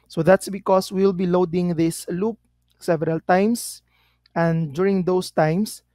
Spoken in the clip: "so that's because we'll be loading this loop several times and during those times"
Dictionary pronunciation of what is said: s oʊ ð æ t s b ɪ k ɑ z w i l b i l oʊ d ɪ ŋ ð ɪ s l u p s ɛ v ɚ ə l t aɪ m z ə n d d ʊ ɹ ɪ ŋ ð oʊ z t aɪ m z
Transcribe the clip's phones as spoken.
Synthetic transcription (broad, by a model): s oʊ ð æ t s b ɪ k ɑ s w i l b i l oʊ d ɪ ŋ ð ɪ s l u p s ɛ v ɚ ə l t aɪ m s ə n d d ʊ ɹ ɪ ŋ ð oʊ s t aɪ m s